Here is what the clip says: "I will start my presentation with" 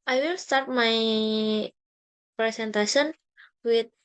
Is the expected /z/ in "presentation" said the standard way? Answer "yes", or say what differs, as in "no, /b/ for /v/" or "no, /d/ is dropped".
no, /s/ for /z/